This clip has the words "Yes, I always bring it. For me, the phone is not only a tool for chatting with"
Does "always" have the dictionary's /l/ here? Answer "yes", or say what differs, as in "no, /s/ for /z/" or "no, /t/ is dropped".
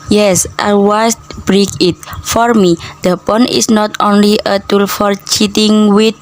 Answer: no, /l/ is dropped